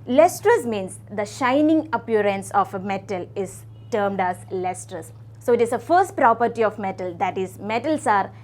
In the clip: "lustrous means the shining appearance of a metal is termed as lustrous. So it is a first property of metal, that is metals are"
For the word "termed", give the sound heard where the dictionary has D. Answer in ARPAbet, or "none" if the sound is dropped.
D